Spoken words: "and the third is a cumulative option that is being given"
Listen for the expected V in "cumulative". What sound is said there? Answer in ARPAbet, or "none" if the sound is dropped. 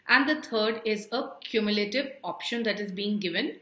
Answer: V